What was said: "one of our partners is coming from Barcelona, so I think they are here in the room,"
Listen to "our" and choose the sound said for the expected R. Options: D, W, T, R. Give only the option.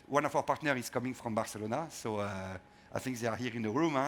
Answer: W